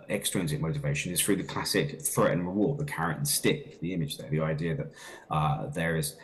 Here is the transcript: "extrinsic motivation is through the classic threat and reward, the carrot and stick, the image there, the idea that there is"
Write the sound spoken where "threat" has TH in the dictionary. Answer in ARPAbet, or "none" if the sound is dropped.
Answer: TH